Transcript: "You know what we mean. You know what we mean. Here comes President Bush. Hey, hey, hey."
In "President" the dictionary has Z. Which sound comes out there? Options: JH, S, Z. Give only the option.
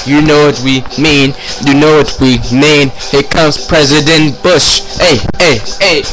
Z